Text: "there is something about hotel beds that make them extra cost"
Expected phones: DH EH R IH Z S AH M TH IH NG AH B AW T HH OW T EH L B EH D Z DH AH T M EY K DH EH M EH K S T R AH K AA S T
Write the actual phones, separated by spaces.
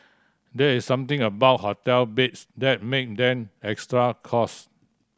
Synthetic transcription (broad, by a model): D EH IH S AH M T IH NG AH B AW T HH OW T EH L B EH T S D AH T M EY K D EH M EH K S T R AH K AA S